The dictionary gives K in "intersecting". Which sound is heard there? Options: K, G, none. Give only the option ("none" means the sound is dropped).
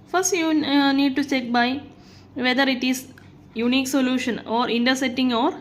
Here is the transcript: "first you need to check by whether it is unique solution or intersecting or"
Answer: none